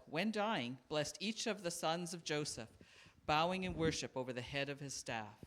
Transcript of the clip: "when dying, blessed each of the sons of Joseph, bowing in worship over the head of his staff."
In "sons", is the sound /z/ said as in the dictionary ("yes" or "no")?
yes